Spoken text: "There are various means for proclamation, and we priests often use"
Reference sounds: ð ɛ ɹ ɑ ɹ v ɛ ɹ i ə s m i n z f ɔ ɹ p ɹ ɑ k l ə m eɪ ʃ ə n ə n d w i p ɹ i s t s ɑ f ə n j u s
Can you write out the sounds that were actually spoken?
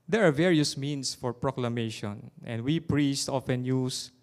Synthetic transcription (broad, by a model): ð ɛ ɹ ɑ ɹ v ɛ ɹ i ə s m i n s f ɔ ɹ p ɹ ɑ k l ə m eɪ ʃ ə n ə n d w i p ɹ i s t ɑ f ə n j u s